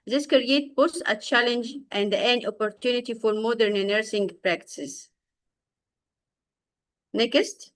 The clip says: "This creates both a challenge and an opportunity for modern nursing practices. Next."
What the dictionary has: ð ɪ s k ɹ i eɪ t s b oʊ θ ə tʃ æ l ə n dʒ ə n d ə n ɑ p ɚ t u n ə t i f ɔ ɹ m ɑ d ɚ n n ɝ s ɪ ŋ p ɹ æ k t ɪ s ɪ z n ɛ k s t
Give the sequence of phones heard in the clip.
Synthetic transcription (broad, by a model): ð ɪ s k ɹ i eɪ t b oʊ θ ə tʃ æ l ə n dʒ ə n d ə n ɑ p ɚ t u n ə t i f ɔ ɹ m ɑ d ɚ n n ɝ s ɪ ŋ p ɹ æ k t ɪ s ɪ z n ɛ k s t